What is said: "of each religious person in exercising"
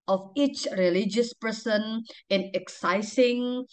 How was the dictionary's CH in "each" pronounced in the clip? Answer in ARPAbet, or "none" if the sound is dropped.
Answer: CH